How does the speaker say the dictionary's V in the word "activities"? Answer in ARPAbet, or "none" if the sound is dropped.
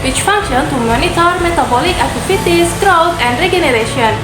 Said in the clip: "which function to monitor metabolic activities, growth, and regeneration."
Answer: F